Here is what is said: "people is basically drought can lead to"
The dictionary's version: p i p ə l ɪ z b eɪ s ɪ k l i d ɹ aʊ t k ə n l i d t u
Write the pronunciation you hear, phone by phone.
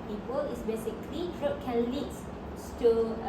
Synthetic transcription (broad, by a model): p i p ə l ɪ s b eɪ s ɪ k l i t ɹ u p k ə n l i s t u